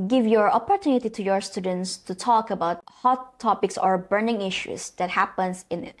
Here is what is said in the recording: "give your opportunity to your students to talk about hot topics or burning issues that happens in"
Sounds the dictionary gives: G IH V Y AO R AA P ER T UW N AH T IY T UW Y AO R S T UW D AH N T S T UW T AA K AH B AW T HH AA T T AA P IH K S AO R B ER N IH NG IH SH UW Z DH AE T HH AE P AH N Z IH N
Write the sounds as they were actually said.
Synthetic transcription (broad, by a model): G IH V Y AO R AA P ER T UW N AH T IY T UW Y AO R S T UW D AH N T S T UW T AA K AH B AW T HH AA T T AA P IH K S AO R B ER N IH NG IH SH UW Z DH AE T HH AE P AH N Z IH N